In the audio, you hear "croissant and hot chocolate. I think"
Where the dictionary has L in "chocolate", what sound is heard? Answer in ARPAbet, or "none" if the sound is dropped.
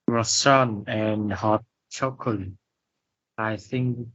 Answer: none